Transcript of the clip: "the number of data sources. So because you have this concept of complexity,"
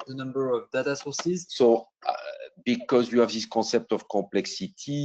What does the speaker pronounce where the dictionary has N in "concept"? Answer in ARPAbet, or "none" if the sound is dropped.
none